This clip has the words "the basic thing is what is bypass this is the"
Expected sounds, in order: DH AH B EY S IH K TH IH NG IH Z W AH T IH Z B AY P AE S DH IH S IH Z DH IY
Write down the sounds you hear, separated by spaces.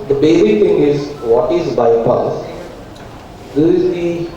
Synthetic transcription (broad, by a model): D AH B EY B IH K T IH NG IH Z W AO T IH Z B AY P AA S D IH IH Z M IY